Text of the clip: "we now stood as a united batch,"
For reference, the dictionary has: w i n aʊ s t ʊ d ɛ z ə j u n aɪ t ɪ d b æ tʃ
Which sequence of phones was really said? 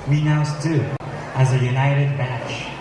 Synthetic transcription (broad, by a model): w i n aʊ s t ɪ ɪ z ə j u n aɪ t ɪ d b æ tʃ